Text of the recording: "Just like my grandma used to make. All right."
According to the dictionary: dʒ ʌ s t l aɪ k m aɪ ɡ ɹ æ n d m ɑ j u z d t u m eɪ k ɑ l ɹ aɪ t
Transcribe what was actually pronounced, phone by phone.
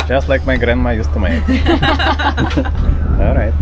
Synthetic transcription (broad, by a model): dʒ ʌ s t l aɪ k m aɪ ɡ ɹ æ n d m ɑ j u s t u m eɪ ɑ l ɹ aɪ t